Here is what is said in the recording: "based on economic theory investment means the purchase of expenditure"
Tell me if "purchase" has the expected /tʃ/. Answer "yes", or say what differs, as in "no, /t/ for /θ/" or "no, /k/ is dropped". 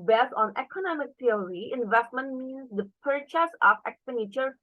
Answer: yes